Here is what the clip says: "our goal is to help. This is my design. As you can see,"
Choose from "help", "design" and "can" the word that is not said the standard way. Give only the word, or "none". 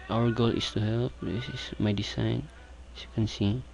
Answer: design